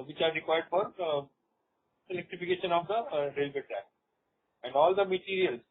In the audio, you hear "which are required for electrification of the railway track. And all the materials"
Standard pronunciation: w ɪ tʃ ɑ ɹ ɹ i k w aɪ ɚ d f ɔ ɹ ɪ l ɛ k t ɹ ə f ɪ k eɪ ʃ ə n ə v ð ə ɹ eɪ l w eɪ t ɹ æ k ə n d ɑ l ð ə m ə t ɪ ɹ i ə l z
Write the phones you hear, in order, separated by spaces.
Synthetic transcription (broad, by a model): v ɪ tʃ ɑ ɹ ɹ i k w aɪ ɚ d f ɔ ɹ ɪ l ɛ k t ɹ ə f ɪ k eɪ ʃ ə n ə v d ə ɹ eɪ l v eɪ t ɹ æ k ə n d ɑ l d ə m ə t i ɹ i ə l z